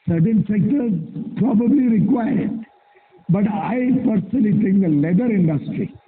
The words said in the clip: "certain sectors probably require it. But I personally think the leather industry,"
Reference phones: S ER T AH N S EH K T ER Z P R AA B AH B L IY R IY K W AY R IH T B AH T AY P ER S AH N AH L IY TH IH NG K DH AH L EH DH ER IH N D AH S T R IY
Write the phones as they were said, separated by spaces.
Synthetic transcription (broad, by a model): S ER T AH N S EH K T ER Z P R AA B AH B L IY R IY K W AY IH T B AH T AY P ER S AH N AH L IY T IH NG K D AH L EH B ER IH N D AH S T R IY